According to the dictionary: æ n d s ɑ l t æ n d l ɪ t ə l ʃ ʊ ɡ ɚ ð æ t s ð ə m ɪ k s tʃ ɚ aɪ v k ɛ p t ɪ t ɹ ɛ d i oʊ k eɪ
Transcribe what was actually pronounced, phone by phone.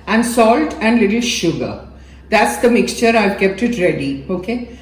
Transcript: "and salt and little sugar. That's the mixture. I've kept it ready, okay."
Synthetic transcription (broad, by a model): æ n d s ɑ l t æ n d l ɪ t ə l ʃ ʊ ɡ ɚ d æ t s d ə m ɪ k s tʃ ɚ aɪ v k ɛ p t ɪ t ɹ ɛ d i oʊ k eɪ